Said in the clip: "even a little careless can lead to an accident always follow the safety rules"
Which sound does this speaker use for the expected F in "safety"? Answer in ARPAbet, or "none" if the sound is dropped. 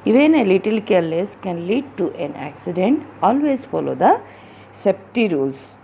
P